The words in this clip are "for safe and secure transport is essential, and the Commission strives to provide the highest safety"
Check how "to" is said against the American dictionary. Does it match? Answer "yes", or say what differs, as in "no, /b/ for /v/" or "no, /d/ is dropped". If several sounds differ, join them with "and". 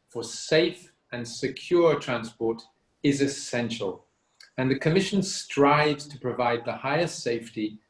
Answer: yes